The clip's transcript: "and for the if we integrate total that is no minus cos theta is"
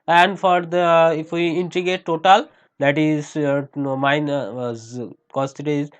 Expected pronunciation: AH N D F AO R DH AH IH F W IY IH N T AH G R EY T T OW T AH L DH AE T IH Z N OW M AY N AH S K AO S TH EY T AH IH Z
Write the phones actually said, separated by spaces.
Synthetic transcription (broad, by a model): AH N D F AO R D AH IH F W IY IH N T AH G EY T T OW T AH L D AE T IH Z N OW M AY N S K AO S T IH T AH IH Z